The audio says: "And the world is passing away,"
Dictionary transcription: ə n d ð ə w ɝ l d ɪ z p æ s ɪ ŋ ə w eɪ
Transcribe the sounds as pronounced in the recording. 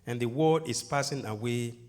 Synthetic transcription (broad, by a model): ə n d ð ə w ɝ d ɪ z p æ s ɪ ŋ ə w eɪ